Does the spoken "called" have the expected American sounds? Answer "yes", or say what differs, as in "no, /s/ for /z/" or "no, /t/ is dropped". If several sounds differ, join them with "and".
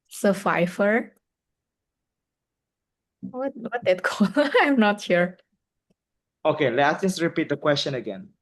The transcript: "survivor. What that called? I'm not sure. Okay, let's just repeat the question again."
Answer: no, /d/ is dropped